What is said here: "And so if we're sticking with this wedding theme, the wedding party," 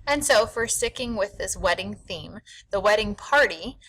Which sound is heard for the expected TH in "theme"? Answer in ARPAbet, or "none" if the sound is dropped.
TH